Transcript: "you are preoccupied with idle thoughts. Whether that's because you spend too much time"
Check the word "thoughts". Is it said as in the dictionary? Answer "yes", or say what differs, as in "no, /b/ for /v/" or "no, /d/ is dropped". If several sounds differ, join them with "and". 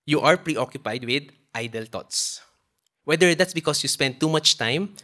no, /t/ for /θ/